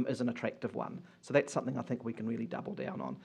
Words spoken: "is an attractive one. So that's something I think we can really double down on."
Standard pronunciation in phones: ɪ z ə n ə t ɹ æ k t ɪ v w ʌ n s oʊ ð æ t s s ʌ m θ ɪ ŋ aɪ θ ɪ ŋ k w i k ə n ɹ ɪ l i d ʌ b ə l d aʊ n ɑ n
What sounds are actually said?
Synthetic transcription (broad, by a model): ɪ z ə n ə t ɹ æ k t ɪ v w ʌ n s oʊ ð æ t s s ʌ m θ ɪ ŋ aɪ θ ɪ ŋ k w i k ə n ɹ ɪ l i d ʌ b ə l d aʊ n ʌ n